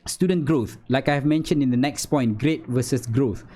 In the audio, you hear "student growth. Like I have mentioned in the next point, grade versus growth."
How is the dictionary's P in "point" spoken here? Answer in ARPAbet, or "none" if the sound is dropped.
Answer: P